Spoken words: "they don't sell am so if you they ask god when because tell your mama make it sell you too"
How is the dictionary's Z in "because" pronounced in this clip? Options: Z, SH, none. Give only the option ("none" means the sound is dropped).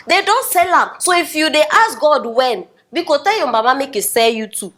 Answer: none